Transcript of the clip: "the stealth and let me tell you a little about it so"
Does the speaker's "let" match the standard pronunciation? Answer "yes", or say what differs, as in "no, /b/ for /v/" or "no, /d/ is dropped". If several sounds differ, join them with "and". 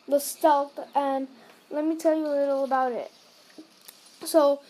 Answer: yes